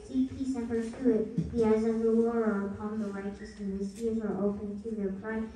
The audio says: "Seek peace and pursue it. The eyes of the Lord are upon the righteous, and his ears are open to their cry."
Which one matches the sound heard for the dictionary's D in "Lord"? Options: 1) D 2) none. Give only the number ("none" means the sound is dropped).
2